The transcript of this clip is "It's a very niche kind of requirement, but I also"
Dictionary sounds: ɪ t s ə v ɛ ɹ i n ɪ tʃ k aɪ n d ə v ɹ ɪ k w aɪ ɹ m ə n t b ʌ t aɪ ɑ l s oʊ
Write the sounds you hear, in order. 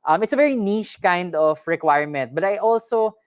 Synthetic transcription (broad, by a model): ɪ t s ə v ɛ ɹ i n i ʃ k aɪ n d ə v ɹ ɪ k w aɪ ɹ m ə n t b ʌ t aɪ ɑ l s oʊ